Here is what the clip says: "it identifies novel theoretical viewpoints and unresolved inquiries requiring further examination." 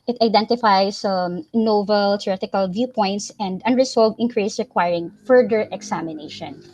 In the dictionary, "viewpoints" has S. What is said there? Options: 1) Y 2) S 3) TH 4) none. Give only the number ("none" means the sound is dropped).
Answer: 2